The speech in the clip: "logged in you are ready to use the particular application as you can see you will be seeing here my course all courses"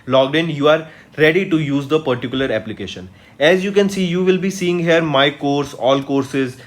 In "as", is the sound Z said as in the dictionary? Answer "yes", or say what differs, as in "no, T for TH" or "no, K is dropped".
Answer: yes